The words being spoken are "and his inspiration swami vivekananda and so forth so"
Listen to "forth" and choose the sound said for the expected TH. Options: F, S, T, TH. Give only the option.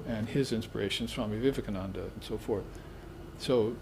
TH